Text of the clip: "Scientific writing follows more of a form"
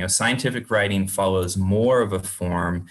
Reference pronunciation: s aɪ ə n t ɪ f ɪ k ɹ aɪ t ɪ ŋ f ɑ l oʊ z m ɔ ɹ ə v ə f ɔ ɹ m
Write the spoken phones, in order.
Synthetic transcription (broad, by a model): s aɪ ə n t ɪ f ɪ k ɹ aɪ t ɪ ŋ f ɑ l oʊ z m ɔ ɹ ə v ə f ɔ ɹ m